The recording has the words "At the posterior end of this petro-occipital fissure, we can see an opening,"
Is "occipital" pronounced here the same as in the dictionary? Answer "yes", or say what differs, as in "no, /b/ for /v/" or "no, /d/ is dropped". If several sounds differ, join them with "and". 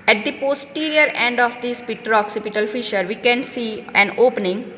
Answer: yes